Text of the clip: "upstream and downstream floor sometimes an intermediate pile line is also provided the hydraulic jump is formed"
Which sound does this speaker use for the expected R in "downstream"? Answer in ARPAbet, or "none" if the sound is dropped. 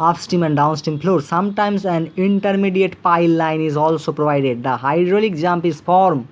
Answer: none